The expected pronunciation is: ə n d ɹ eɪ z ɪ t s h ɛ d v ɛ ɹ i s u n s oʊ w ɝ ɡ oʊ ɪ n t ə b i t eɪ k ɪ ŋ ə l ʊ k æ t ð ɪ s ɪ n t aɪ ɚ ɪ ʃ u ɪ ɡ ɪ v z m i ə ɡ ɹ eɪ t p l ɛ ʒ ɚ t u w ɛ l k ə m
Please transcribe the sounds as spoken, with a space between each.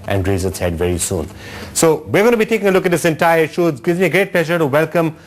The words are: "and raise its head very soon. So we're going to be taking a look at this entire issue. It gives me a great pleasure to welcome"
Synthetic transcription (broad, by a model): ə n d ɹ eɪ z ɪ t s h ɛ d v ɛ ɹ i s u n s oʊ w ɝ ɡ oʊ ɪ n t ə b i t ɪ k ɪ ŋ l ʊ k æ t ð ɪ s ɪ n t aɪ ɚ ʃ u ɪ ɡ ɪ z m i ə ɡ ɹ eɪ t p l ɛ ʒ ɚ t u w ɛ l k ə m